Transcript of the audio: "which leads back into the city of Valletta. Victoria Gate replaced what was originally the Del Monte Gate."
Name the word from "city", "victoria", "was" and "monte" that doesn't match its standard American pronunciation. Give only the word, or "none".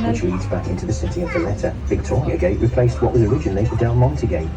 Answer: none